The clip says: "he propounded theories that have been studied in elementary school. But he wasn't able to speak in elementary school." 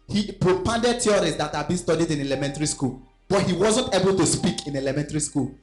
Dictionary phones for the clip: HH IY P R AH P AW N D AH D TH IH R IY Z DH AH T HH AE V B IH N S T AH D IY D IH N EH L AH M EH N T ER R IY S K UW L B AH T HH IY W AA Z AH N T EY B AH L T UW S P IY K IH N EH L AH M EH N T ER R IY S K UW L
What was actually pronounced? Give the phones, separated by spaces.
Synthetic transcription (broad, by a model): HH IY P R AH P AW N D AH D T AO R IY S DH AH T HH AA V B IH N S T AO D IY D IH N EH L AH M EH N T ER R IY S K UW L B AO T HH IY W AA Z AH N T EY B AH L T UW S P IY K IH N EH L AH M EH N T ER R IY S K UW L